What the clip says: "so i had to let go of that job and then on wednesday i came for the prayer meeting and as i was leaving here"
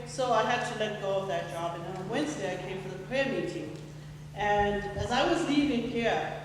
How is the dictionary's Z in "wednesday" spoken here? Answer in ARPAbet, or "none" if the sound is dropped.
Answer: Z